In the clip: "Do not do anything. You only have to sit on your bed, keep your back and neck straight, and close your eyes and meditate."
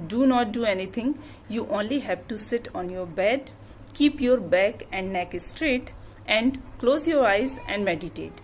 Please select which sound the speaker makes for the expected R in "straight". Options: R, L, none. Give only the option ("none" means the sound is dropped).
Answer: R